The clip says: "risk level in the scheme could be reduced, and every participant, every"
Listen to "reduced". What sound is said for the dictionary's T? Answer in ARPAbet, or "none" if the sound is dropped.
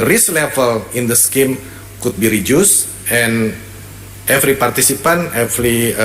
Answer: none